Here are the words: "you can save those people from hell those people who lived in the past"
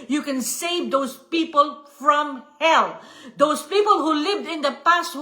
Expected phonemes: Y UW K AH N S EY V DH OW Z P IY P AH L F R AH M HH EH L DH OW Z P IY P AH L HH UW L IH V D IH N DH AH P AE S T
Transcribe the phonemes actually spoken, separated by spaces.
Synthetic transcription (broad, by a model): Y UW K AH N S EY V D OW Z P IY P AH L F R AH M HH EH L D OW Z P IY P AH L HH UW L IH V D IH N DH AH P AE S T